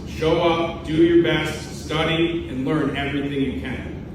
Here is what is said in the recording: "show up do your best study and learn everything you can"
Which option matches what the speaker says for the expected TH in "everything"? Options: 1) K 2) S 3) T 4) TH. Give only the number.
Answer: 4